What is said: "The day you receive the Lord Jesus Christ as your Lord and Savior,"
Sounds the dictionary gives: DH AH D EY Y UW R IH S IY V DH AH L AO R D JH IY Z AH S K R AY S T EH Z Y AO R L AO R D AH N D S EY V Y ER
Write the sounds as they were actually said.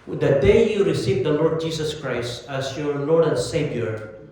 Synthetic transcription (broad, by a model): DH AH D EY Y UW R IH S IY V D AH L AO R D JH IY S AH S K R AY S T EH S Y AO R L AO R D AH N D S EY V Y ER